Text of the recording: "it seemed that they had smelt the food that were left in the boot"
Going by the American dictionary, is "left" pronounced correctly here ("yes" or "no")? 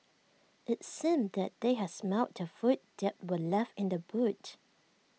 no